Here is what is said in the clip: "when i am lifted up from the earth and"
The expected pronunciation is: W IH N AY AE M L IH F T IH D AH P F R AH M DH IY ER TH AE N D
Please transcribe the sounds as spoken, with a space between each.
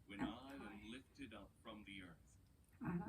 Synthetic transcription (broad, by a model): W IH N AY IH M L IH F T IH D AH P F R AH M DH IY ER TH